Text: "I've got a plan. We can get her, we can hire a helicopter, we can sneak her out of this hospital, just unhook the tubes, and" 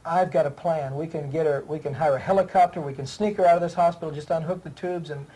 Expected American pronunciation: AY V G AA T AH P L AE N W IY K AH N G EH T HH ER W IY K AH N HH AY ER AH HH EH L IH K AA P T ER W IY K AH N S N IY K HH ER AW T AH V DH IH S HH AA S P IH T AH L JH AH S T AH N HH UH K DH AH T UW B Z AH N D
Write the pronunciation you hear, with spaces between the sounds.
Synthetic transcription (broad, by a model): AY V G AA T AH P L AE N W IY K AH N G EH T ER W IY K AH N HH AY ER AH HH EH L IH K AA P T ER W IY K AH N S N IY K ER AW T AH V DH IH S HH AA S P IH T L JH AH S T AH N HH UH K DH AH T UW B Z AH N